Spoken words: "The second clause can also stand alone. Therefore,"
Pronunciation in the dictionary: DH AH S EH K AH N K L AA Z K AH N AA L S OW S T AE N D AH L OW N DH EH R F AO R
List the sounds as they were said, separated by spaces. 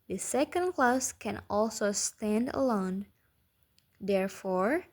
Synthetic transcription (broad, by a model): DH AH S EH K AH N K L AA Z K AH N AA L S OW S T AE N D AH L OW N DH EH R F AO R